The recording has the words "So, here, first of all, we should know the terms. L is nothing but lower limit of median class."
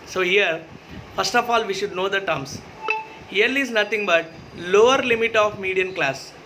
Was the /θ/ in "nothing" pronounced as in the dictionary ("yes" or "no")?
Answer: no